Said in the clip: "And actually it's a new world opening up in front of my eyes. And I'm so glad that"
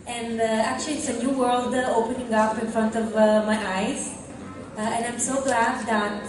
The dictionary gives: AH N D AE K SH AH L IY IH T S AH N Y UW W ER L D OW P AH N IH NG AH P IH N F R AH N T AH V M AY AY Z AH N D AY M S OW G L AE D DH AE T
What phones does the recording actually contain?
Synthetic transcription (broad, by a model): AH N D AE K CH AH L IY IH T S AH N Y UW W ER L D OW P AH N IH NG AH P IH N F R AH N T AH V M AY AY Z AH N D AY M S OW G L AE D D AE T